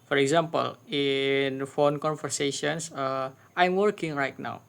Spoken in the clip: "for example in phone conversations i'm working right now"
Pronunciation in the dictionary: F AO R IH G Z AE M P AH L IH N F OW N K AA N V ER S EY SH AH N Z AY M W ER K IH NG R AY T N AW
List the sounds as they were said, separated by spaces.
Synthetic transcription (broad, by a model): F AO R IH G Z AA M P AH L IH N F OW N K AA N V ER S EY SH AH N S AY M W ER K IH NG R AY T N AW